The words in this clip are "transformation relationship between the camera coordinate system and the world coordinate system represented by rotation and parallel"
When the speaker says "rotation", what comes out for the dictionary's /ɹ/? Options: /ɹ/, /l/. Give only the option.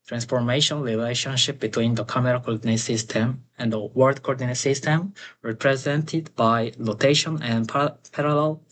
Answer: /l/